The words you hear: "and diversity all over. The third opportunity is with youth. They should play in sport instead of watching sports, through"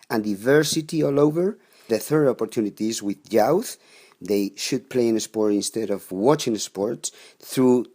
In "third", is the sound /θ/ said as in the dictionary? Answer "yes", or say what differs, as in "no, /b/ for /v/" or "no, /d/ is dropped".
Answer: yes